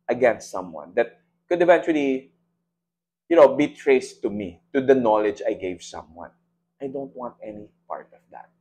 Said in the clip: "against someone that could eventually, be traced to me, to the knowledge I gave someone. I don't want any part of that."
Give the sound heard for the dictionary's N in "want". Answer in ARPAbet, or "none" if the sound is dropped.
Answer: N